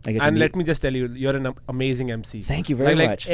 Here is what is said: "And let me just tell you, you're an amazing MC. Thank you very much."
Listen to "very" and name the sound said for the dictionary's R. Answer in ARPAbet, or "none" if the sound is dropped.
L